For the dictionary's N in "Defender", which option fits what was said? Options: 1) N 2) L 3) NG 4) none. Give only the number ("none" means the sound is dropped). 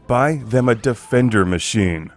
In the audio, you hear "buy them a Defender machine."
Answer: 1